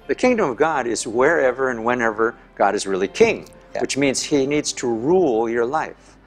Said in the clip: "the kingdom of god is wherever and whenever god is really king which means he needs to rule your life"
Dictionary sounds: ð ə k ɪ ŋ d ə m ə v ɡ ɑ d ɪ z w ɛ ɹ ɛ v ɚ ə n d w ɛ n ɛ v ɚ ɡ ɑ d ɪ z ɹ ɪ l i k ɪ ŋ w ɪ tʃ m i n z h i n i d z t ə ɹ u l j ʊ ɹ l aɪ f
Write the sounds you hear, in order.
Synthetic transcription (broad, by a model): ð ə k ɪ ŋ d ə m ə v ɡ ɑ d ɪ z w ɛ ɹ ɛ v ɚ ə n w ɛ n ɛ v ɚ ɡ ɑ d ɪ z ɹ ɪ l i k ɪ ŋ w ɪ tʃ m i n z h i n i d z t ə ɹ u l j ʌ ɹ l aɪ f